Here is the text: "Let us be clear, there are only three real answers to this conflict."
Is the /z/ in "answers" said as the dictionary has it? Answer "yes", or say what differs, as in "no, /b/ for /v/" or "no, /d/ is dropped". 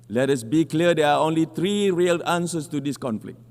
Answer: no, /s/ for /z/